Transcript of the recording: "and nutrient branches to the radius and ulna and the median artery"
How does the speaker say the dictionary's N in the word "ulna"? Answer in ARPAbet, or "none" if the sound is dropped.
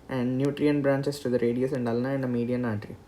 N